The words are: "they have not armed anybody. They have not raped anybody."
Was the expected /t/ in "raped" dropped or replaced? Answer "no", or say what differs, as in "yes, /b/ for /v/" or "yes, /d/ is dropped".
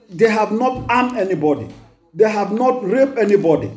yes, /t/ is dropped